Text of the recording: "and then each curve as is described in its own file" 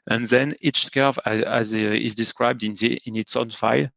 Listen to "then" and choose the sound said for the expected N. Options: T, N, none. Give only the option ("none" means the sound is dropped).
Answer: N